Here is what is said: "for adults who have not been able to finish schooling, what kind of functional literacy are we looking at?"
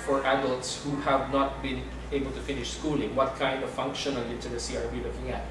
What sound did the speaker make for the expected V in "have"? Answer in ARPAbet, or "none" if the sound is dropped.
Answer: V